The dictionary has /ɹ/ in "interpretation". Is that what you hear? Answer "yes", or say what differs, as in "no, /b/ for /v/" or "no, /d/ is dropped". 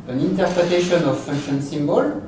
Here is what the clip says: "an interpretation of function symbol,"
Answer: yes